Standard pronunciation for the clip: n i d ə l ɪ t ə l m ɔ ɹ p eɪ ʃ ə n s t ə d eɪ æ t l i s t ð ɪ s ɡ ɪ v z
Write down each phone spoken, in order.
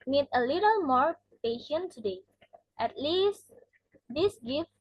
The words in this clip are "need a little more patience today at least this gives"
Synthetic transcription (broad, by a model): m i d ə l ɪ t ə l m ɔ ɹ p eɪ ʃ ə n t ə d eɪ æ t l i s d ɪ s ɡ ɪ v